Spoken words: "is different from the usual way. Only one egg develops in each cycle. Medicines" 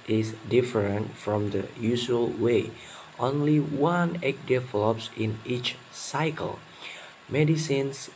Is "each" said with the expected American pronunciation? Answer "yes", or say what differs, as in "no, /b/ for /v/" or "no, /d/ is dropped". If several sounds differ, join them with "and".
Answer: yes